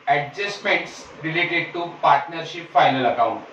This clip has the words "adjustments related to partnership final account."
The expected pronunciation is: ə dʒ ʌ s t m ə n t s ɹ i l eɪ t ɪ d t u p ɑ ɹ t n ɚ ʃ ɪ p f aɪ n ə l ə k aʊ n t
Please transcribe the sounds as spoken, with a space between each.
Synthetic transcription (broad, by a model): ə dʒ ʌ s t m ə n t s ɹ i l eɪ t ɪ d t u p ɑ ɹ t n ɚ ʃ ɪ p f aɪ n ə l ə k aʊ n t